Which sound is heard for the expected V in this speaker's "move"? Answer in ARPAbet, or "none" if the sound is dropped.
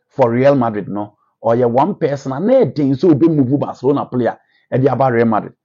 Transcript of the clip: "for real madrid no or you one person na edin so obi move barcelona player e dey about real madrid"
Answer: B